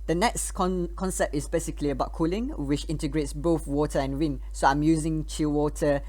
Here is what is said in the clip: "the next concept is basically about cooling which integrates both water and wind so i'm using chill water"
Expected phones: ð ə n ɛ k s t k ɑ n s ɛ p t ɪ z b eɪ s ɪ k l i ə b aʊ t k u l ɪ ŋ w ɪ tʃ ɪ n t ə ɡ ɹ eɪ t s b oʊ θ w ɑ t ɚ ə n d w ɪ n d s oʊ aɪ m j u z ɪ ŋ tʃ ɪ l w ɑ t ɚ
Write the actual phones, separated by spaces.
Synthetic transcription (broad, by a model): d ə n ɛ k s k k ɑ n s ɛ p t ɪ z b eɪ s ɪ k l i ə b aʊ t k u l ɪ ŋ w ɪ tʃ ɪ n t ə ɡ ɹ eɪ t s b oʊ θ w ɑ t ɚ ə n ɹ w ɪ n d s oʊ aɪ m j u z ɪ ŋ tʃ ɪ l w ɑ t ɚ